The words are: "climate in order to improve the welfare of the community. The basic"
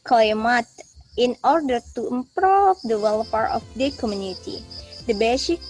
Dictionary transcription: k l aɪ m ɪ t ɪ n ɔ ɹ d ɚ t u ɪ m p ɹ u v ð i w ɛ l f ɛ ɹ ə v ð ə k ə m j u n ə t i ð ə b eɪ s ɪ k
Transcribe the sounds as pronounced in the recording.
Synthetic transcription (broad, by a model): k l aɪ m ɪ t ɪ n ɔ ɹ d ɚ t u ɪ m p ɹ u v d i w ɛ l p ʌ ɹ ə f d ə k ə m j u n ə t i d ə b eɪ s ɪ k